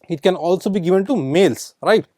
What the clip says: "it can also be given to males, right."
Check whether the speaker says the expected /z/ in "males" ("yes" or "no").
no